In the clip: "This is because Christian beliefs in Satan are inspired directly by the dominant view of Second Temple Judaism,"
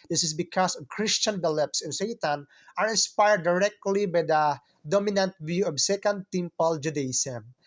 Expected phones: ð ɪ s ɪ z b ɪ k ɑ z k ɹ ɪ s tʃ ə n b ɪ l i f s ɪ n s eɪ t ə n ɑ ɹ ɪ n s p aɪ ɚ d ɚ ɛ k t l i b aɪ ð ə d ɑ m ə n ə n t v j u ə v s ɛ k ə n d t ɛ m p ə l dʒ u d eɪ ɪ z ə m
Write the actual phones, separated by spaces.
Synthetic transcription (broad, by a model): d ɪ s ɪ s b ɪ k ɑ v k ɹ ɪ s tʃ ə n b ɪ l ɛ p s ɪ n s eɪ t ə n ɑ ɹ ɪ n s p aɪ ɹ d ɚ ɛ k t l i b aɪ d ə d ɑ m ə n ə n t v j u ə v s ɛ k ə n d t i m p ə l dʒ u d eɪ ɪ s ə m